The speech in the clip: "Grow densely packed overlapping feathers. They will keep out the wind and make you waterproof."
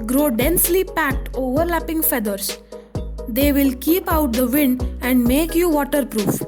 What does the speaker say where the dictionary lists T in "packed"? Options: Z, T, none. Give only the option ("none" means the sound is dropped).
T